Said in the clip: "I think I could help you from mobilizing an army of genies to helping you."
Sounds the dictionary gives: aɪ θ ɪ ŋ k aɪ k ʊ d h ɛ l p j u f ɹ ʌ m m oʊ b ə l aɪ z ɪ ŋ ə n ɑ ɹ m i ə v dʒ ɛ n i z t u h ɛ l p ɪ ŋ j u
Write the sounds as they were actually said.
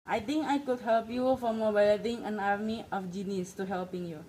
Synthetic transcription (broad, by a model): aɪ t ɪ ŋ k aɪ k ʊ d h ɛ l p j u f ɹ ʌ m m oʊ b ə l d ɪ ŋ ə n ɑ ɹ m i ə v dʒ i n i s t u h ɛ l p ɪ ŋ j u